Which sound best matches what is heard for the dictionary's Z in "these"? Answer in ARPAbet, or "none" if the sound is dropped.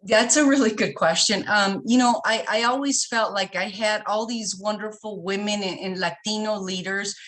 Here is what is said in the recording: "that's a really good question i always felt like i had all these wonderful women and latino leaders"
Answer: Z